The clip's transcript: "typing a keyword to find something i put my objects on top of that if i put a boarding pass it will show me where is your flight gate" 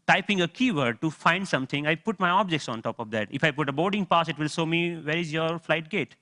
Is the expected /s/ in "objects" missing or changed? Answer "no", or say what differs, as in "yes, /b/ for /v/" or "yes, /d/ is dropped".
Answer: no